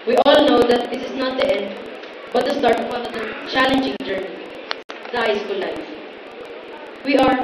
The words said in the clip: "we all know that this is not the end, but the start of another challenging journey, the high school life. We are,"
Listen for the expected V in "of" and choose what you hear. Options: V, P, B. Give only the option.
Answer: P